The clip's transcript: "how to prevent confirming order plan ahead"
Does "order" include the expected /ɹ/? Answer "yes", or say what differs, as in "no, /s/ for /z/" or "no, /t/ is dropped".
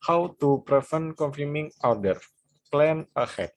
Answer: no, /w/ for /ɹ/